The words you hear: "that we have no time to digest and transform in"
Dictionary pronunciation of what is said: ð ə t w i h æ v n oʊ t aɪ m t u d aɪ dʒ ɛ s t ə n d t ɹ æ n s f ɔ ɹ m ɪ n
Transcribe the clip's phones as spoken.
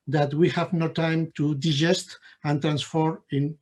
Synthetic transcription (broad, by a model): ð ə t w i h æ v n oʊ t aɪ m t u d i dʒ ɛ s t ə n t ɹ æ n s f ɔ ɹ ɪ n